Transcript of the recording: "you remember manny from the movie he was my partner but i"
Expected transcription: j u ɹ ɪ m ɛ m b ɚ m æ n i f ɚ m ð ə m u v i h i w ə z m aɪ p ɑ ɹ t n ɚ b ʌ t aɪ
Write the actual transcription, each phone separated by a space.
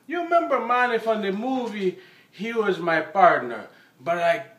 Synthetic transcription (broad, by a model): j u ɹ ɪ m ɛ m b ɚ m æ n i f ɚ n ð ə m u v i h i w ə z m aɪ p ɑ ɹ t n ɚ b ʌ t aɪ